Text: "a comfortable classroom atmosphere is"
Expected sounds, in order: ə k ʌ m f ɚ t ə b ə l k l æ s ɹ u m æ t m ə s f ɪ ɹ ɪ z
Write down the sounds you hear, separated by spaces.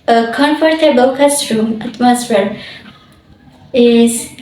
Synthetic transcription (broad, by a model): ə k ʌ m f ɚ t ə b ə w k ʌ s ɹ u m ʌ t m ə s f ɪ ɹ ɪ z